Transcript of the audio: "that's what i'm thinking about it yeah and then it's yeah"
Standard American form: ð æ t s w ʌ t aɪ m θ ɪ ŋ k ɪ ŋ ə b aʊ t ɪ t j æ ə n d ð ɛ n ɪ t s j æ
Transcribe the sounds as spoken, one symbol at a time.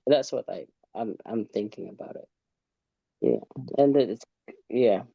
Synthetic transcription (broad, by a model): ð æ t s w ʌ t aɪ m θ ɪ ŋ k ɪ ŋ ə b aʊ t ɪ t j æ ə n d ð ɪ ɪ t s j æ